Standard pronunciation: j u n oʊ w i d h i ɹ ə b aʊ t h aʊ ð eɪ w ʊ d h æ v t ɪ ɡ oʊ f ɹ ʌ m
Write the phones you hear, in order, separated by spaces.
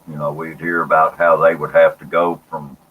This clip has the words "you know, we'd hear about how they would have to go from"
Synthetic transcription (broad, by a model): j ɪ n oʊ w i d h i ɹ ə b aʊ t h aʊ ð eɪ w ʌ d h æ f t ɪ ɡ oʊ f ɹ ʌ m